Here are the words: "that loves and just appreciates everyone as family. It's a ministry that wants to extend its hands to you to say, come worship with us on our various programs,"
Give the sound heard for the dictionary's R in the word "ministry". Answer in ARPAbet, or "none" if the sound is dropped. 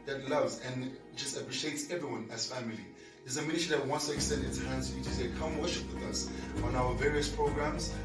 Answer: none